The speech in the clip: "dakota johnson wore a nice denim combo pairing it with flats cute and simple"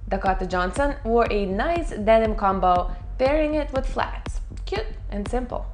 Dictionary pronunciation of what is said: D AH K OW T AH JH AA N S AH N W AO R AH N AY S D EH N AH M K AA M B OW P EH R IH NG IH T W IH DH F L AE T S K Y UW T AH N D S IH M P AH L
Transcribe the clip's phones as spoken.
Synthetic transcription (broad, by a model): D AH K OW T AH JH AA N S AH N W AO R AH N AY S D EH N AH M K AA M B OW B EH R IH NG IH T W IH DH F L AE T S K Y UW T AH N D S IH M P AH L